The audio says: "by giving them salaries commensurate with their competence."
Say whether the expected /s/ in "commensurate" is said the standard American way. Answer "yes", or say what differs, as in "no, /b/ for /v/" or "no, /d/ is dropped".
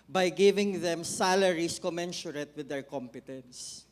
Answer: no, /ʃ/ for /s/